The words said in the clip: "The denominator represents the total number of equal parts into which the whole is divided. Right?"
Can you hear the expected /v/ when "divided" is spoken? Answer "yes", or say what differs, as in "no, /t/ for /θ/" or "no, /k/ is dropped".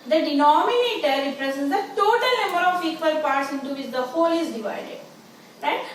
yes